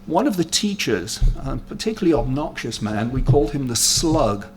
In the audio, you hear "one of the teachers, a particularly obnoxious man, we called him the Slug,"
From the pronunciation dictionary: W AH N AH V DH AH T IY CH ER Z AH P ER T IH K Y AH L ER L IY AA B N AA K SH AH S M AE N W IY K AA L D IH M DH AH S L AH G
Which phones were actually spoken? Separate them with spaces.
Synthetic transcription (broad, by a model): W AH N AH V DH AH T IY CH ER Z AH P ER T IH K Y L L IY AA B N AA K SH AH S M AE N W IY K AA L D IH M DH AH S L AH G